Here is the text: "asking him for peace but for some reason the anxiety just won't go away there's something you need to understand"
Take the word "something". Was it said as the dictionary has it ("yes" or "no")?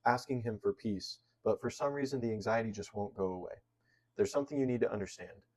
yes